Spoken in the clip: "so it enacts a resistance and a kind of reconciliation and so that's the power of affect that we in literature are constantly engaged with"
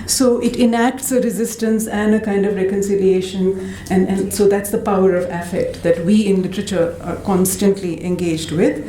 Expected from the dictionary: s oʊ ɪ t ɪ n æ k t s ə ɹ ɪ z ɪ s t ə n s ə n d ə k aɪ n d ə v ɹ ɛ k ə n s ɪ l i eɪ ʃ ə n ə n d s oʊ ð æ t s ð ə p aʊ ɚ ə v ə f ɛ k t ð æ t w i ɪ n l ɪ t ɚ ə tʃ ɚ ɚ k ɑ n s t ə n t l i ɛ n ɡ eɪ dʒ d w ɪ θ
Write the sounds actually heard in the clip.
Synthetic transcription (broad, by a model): s oʊ ɪ t ɪ n æ k t s ə ɹ ɪ z ɪ s t ə n s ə n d ə k aɪ n d ə v ɹ ɛ k ə n s ɪ l i eɪ ʃ ə n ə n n s oʊ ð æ t s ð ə p aʊ ɚ ə v ə f ɛ k t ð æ t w i ɪ n l ɪ t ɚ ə tʃ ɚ ɚ k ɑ n s t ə n t l i ɛ n ɡ eɪ dʒ d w ɪ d